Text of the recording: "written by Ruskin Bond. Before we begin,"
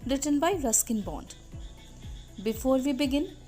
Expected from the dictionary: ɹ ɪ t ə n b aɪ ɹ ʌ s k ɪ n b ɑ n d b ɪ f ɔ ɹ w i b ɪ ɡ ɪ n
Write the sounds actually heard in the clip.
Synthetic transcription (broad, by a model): ɹ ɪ t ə n b aɪ ɹ ʌ s k ɪ n b ɑ n d b ɪ f ɔ ɹ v i b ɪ ɡ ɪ n